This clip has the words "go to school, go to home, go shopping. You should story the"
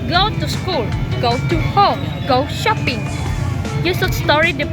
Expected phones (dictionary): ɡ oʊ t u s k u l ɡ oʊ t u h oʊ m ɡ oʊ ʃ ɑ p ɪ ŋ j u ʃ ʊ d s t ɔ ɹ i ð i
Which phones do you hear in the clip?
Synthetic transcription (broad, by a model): ɡ oʊ t u s k u l ɡ oʊ t u h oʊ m ɡ oʊ ʃ ɑ p ɪ ŋ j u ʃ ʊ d s t ɔ ɹ i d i